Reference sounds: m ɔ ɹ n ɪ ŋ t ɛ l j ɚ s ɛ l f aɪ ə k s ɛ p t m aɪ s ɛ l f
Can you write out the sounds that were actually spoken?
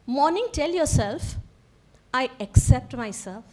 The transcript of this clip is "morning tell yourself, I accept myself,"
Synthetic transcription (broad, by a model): m ɔ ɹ n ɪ ŋ t ɛ l j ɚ s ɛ l f aɪ ə k s ɛ p t m aɪ s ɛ l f